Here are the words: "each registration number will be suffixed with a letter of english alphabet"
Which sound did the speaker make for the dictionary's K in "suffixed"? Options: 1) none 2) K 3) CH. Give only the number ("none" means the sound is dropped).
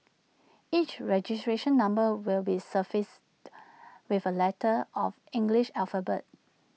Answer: 1